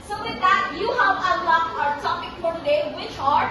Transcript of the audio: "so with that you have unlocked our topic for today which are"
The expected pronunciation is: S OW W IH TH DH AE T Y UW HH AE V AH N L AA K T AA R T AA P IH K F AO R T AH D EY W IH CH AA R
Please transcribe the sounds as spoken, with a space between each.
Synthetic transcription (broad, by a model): S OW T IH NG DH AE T Y UW HH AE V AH L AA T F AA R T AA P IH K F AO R T AH D EY W IH CH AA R